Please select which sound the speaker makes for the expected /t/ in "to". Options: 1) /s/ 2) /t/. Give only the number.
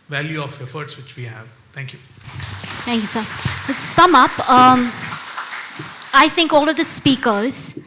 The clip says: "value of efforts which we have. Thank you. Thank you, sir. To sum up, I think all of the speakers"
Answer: 1